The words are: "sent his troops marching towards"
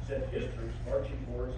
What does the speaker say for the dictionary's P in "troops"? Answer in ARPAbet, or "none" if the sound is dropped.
none